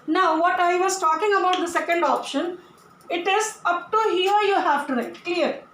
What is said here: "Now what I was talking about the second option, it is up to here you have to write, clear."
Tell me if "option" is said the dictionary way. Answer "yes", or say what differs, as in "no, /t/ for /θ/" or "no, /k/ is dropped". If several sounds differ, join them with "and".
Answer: yes